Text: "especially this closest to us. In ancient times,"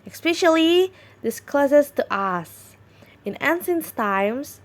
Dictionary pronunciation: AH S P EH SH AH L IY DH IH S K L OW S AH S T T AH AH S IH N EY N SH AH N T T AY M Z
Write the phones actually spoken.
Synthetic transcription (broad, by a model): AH S P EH SH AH L IY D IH S K L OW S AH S T T AH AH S IH N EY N S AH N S T AY M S